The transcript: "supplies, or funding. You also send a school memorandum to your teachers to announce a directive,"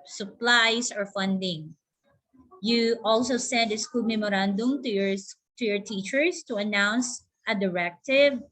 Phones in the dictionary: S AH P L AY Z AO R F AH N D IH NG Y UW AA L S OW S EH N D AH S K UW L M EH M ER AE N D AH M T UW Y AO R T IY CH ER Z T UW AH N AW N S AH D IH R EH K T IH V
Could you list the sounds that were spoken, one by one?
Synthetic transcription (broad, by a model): S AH P L AY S AO R F AH N D IH NG Y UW AA L S OW S EH N D AH S K UW L M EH M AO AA N D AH M T UW Y AO R T IY CH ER S T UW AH N AW N S AH D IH R EH K T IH V